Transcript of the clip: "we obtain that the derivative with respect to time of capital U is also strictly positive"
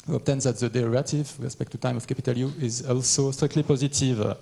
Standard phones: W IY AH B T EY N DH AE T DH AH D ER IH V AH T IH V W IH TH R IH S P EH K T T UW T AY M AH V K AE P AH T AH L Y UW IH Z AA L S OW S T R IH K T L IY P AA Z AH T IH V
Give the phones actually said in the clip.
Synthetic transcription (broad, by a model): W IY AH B T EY N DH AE T DH AH D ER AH T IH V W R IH S P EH K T T UW T AY M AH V K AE P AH T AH L Y UW IH Z AA L S OW S T R IH K T L IY P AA Z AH T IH V